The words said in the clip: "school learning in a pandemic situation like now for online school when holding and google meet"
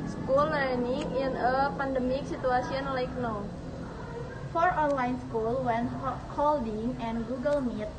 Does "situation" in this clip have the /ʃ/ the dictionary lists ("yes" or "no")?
no